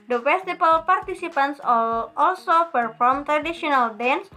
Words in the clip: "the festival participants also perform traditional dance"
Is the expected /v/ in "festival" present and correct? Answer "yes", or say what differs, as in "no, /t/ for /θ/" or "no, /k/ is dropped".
no, /b/ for /v/